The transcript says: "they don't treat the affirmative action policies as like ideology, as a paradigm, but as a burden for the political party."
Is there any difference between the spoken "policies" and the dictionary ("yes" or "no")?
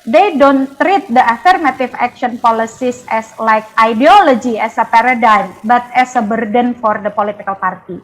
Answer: yes